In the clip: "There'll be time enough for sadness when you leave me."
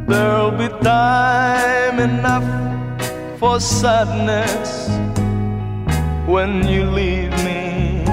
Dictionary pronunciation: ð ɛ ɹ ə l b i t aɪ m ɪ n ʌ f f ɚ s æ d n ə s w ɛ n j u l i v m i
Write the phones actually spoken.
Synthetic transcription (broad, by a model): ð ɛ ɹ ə l b i t aɪ m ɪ n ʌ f f ɚ s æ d n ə s w ɛ n j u l i v m i